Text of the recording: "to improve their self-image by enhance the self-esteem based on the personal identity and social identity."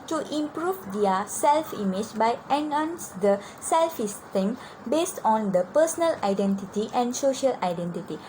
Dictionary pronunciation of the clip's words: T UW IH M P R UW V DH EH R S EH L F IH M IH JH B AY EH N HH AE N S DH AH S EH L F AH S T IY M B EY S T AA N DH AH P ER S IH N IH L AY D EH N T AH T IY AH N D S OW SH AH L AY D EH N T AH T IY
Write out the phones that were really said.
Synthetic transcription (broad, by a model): T UW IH M P R UW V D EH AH S EH L F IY M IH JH B AY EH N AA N S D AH S EH L F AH S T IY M B EY S T AA N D AH P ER S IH N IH L AY D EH N T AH T IY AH N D S OW SH AH L AY D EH N T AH T IY